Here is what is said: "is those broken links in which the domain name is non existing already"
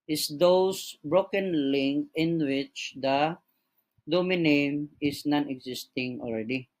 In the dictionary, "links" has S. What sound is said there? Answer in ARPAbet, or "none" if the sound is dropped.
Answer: none